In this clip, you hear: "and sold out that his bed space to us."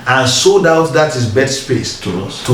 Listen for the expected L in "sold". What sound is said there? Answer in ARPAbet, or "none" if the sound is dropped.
none